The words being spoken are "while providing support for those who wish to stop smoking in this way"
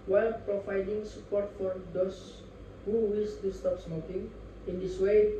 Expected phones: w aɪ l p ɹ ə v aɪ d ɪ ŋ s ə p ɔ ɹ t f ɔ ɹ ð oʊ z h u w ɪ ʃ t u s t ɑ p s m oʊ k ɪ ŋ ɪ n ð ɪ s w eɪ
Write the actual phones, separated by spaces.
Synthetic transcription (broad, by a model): w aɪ l p ɹ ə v aɪ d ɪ ŋ s ə p ɔ ɹ t f ɔ ɹ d oʊ s h u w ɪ s t u s t ɑ p s m oʊ k ɪ ŋ ɪ n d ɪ s w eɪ